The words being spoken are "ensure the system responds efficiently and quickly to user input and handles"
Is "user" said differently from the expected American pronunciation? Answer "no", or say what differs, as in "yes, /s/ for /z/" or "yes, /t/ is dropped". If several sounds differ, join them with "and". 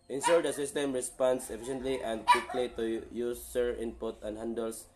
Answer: yes, /s/ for /z/